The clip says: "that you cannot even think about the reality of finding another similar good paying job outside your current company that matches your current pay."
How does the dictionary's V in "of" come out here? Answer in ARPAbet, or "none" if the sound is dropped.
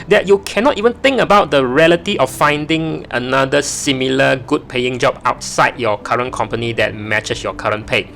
F